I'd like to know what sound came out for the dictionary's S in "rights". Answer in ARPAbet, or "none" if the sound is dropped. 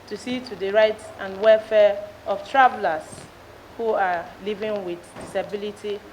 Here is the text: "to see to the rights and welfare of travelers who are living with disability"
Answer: none